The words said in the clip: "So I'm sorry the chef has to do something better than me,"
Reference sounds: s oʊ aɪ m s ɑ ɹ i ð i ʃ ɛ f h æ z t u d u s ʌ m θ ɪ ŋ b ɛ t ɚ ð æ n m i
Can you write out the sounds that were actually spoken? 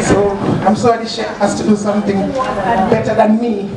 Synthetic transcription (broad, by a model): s oʊ aɪ m s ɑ i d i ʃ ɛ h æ s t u d u s ʌ m θ ɪ ŋ b ɛ t ɚ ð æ n m i